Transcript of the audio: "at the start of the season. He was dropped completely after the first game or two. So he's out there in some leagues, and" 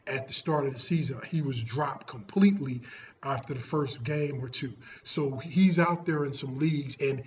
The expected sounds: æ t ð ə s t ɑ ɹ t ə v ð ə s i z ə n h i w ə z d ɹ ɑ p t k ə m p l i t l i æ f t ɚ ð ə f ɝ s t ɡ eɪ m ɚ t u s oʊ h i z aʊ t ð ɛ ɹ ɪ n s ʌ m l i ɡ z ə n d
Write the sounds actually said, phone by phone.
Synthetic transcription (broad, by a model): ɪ t ð ə s t ɑ ɹ t ə v ð ə s i z ə n h i w ə z d ɹ ɑ p k ə m p l i t l i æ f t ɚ ð ə f ɝ s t ɡ eɪ m ɚ t u s oʊ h i z aʊ t ð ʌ ɹ ɪ n s ʌ m l i ɡ z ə n